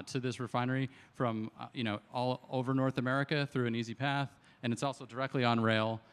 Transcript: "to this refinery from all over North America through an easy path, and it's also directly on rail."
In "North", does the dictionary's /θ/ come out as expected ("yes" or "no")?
yes